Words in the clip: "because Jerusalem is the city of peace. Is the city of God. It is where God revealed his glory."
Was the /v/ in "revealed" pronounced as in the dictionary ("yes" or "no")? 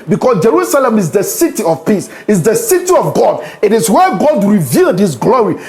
yes